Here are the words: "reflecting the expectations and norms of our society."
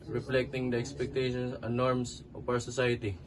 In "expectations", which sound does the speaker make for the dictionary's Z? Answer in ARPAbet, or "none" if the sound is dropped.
S